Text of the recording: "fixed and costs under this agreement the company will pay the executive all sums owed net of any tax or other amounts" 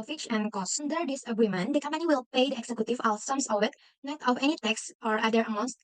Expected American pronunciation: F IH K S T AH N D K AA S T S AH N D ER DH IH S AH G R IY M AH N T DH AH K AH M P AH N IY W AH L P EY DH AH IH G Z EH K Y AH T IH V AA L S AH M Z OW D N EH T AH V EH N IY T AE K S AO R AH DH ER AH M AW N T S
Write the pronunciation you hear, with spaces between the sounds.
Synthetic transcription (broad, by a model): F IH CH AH N K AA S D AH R D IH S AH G R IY M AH N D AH K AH M P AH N IY W AH L P EY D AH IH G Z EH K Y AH T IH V AA L S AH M S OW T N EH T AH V EH N IY T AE K S AO R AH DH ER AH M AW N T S